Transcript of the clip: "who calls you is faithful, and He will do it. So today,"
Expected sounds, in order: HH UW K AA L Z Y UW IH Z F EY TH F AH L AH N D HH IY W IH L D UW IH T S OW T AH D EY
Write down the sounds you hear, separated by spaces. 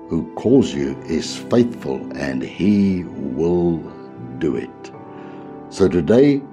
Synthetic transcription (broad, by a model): HH UW K AA L Z Y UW IH Z F EY TH F AH L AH N IY W IH L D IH IH T S OW T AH D EY